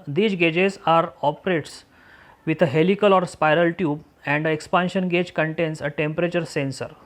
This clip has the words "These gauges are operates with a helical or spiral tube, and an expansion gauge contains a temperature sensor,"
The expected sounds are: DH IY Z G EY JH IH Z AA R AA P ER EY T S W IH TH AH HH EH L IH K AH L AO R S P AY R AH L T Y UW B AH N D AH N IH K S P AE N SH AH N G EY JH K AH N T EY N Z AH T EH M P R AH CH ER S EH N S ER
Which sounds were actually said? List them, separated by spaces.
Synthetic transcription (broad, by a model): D IY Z G EY JH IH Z AA R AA P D EY T S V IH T AH HH EH L IH K AH L AO R S P AY R AH L T Y UW B AH N D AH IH K S P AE N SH AH N G EY JH K AH N T EY N S AH T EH M P R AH CH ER S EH N S ER